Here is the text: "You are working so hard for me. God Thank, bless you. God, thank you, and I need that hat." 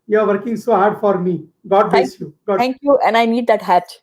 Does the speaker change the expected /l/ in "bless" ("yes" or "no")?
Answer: yes